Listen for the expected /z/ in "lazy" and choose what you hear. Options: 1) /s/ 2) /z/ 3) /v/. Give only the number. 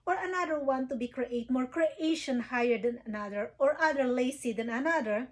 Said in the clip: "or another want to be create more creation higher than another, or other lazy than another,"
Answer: 1